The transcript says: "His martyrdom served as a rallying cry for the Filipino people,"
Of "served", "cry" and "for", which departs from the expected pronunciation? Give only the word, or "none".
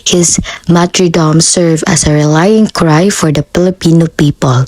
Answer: served